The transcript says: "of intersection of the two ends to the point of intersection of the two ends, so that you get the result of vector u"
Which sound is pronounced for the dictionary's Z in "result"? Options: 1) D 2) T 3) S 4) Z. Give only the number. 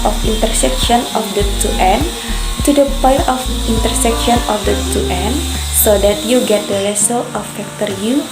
3